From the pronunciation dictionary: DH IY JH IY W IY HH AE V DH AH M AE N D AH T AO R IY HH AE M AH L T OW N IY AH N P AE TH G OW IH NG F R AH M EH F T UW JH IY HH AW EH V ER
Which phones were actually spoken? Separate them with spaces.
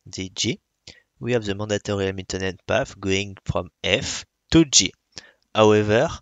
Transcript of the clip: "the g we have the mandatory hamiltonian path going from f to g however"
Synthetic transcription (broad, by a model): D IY JH IY W IY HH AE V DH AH M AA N D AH T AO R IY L M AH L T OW N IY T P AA F G OW IH NG F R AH M EH F T UW JH IY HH AW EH V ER